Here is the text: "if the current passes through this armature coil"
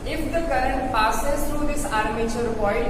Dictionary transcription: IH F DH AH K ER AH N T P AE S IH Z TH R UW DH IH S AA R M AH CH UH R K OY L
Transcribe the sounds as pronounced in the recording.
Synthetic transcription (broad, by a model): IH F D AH K ER AH N T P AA S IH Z T R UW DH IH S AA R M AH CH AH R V OY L